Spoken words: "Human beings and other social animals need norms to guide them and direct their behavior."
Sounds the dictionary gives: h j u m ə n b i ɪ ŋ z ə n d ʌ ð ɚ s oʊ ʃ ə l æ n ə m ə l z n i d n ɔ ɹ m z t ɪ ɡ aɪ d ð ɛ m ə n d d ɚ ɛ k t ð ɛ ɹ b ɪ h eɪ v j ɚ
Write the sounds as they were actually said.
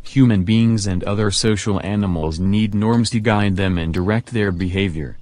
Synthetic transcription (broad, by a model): h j u m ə n b i ɪ ŋ z ə n d ʌ ð ɚ s oʊ ʃ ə l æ n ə m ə l z n i d n ɔ ɹ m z t ɪ ɡ aɪ d ð ɛ m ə n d d ɚ ɛ k t ð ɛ ɹ b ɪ h eɪ v j ɚ